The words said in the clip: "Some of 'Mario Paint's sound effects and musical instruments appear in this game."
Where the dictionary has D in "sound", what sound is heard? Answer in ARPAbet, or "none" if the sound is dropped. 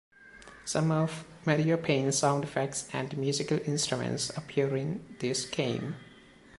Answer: D